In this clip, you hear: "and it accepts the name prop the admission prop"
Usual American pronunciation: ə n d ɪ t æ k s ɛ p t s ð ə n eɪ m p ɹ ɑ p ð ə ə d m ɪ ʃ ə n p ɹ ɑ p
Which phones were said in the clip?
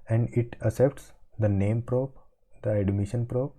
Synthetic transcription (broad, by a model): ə n d ɪ t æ s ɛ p t s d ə n eɪ m p ɹ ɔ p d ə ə d m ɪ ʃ ə n p ɹ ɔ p